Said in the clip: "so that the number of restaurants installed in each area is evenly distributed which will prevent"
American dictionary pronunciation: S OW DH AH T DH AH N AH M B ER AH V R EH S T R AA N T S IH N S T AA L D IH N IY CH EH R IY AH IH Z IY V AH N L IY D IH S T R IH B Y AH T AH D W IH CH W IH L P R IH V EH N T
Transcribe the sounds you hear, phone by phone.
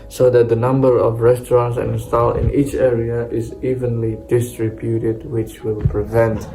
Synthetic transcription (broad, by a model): S OW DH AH T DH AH N AH M B ER AH V R EH S T R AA N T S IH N S T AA L IH N IY CH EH R IY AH IH Z IY V AH N L IY D IH S T R IH B Y AH T AH D W IH CH W IH L P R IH V EH N T